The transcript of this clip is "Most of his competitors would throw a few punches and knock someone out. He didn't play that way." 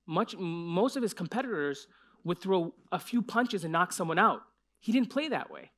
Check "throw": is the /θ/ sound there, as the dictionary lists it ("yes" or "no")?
yes